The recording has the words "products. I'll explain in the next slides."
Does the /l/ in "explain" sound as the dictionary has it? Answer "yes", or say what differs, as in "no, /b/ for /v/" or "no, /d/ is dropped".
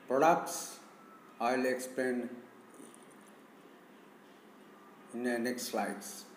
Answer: no, /l/ is dropped